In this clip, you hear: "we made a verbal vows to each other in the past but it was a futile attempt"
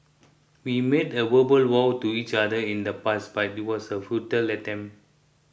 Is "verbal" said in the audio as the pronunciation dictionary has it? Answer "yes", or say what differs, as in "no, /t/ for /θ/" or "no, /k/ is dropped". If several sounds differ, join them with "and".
no, /w/ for /v/